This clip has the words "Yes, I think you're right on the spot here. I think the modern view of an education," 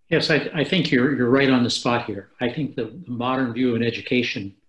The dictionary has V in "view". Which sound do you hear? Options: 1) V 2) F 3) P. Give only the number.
1